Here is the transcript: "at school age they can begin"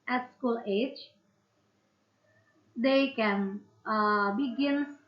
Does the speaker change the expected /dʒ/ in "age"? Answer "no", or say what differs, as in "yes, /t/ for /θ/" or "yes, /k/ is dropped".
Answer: no